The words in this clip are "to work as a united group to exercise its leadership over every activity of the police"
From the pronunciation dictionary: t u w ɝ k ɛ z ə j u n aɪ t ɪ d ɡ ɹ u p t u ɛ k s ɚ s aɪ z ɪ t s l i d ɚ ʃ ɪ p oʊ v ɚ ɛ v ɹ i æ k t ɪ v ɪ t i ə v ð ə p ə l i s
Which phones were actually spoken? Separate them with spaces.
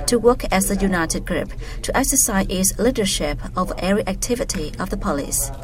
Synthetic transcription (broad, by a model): t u w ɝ k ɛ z ə j u n aɪ t ɪ d ɡ ɹ u p t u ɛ k s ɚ s aɪ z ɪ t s l i d ɚ ʃ ɪ p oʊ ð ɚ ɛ ɹ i æ k t ɪ v ɪ t i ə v ð ə p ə l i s